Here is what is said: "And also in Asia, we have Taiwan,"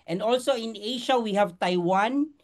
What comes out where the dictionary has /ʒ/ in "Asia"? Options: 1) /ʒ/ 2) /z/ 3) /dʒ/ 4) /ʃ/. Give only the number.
4